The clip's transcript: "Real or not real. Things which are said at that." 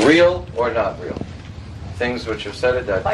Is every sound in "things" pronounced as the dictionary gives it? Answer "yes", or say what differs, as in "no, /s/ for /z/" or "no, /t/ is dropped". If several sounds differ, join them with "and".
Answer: yes